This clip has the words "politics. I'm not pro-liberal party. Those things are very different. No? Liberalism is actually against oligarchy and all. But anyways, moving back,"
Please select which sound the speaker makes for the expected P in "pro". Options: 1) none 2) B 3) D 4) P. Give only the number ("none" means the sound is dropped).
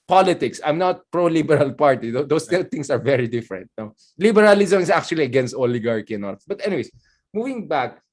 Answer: 4